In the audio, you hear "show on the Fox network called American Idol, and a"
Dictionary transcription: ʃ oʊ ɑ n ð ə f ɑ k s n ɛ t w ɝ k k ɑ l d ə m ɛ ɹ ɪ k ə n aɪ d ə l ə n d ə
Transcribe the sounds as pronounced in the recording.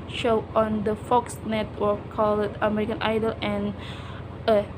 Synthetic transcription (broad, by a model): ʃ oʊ ɑ n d ə f ɑ k s n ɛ t w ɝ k k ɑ l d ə m ɛ ɹ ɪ k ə n aɪ d ə l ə n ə